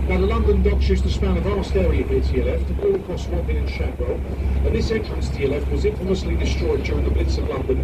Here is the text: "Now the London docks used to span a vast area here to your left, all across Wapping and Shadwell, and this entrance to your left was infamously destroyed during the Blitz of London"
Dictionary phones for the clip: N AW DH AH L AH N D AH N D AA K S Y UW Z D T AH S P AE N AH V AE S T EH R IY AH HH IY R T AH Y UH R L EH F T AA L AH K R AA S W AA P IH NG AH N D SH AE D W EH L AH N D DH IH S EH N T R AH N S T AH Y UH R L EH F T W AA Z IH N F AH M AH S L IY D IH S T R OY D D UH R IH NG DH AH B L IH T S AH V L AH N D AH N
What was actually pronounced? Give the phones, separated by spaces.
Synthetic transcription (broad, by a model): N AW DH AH L AH N D AH N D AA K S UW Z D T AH S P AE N AH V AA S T EH R IY AH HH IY T AH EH L EH F T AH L AH K R AA S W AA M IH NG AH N SH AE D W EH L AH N DH IH S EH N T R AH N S T AH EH L EH F W AA Z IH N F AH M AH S L IY D IH S T R OY D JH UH R IH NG DH AH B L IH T S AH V L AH N D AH N